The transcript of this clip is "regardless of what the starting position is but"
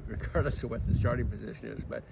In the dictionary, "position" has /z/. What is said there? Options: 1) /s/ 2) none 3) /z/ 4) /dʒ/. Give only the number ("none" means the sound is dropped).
3